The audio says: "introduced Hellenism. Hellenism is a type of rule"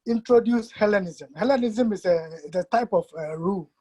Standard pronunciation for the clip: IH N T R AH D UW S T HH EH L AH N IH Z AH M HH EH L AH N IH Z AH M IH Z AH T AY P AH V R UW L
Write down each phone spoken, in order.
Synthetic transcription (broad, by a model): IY N T R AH D UW S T HH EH L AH N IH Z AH M HH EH L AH N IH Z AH M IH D AH T AY P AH F R UW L